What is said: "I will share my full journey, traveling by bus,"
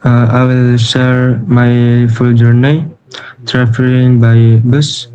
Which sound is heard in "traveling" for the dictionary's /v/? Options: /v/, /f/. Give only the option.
/f/